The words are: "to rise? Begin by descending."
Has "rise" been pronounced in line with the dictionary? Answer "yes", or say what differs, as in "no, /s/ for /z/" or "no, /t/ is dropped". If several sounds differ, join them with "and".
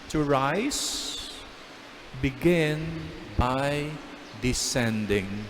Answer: no, /s/ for /z/